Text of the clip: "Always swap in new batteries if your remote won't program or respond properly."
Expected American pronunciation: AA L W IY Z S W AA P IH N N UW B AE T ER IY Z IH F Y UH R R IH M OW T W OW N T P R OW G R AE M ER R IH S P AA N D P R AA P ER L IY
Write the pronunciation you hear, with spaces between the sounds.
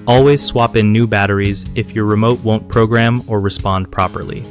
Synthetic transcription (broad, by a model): AA L W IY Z S W AA P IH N N UW B AE T ER IY Z IH F Y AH R R IH M OW T W OW N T P R OW G R AE M ER R IH S P AA N D P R AA P ER L IY